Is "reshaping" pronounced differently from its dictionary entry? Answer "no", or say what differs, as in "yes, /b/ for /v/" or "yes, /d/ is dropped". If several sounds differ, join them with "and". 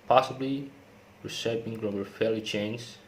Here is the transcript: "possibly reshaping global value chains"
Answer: yes, /s/ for /ʃ/